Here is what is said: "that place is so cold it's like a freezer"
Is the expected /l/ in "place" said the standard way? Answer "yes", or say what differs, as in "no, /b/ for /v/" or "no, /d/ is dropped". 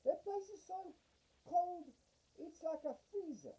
no, /l/ is dropped